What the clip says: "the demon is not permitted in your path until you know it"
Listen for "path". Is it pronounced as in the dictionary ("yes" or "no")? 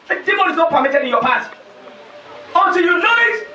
no